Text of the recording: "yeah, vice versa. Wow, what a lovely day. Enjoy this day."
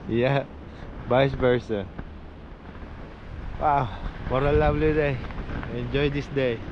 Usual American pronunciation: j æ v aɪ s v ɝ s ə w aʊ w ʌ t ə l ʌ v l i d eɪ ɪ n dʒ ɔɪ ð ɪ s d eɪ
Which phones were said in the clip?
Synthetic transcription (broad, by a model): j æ b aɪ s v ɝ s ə w aʊ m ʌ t ə l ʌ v l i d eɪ ɪ n dʒ ɔɪ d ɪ s d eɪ